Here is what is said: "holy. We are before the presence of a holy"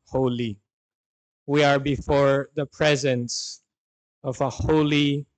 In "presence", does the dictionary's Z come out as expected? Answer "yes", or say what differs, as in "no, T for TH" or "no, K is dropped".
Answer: yes